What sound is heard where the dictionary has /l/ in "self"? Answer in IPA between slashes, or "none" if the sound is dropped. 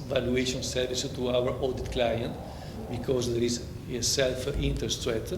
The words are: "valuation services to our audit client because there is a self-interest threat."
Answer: /l/